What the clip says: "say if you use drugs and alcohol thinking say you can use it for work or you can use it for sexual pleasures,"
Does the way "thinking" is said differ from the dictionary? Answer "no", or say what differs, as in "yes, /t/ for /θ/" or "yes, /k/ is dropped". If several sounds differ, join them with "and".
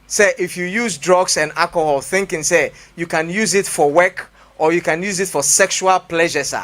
no